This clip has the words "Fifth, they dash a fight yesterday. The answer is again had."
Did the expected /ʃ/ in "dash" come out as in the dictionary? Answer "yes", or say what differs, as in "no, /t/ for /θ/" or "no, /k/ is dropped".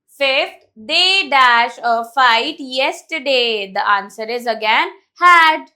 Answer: yes